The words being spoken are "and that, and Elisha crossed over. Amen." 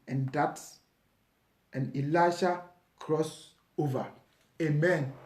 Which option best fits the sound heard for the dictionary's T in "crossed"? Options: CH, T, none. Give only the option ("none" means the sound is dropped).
none